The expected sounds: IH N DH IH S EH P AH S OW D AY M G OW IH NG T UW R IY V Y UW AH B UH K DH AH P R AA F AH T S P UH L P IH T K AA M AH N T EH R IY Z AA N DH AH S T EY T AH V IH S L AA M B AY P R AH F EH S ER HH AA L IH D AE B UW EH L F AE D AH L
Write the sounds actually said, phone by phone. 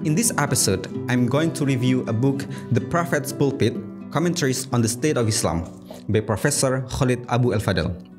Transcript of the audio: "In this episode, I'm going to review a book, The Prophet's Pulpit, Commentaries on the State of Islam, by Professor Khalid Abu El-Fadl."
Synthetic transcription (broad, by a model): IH N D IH S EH P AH S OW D AY M G OW IH NG T UW R IY V Y UW AH B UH K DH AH P R AA F AH T S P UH L P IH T K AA M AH N T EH R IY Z AA N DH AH S T EY T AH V IH S L AA M B AY P R AH F EH S ER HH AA L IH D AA B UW EH L F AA D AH L